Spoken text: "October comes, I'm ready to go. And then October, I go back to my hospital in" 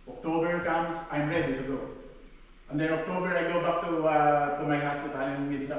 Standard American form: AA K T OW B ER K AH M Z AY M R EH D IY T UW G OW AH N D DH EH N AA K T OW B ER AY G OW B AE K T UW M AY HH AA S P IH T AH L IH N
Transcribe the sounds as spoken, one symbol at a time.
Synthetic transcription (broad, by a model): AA K T OW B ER K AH M S AY M R EH D IY T UW G OW AH N D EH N AA K T OW B ER AY G OW B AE K T UW M AY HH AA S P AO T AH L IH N